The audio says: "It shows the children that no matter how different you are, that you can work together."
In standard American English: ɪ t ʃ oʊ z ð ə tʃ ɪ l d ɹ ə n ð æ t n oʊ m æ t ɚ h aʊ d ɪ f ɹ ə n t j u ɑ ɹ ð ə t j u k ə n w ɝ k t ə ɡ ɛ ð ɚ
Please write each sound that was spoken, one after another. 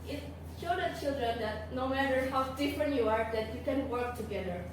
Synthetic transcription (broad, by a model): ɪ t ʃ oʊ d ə tʃ ɪ l d ɹ ə n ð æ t n oʊ m æ t ɚ h aʊ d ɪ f ɹ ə n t j u ɑ ɹ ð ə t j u k ə n w ɝ k t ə ɡ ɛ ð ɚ